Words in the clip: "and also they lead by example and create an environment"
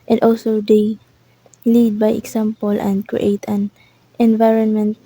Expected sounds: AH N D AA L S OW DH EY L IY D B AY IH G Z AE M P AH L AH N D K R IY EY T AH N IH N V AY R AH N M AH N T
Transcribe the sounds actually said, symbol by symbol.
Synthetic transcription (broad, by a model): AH N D AA L S OW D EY L IY D B AY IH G S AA M P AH L AH N D K R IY EY T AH N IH N V AY R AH N M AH N T